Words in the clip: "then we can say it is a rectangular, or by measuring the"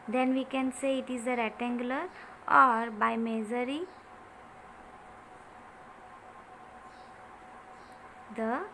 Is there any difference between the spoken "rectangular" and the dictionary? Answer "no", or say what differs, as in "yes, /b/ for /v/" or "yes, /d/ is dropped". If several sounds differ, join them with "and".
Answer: yes, /k/ is dropped